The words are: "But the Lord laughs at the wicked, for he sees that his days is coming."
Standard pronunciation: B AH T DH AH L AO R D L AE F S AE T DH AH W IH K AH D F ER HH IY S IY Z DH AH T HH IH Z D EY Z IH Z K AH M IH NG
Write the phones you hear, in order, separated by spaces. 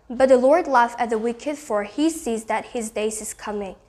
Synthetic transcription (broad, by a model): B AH T DH AH L AO R D L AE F AE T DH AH W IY K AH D F ER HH IY S IY Z DH AH T HH IH Z D EY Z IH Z K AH M IH NG